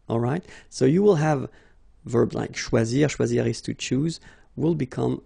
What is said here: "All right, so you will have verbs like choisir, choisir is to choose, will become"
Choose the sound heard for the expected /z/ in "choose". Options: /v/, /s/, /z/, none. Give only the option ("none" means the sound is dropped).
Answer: /z/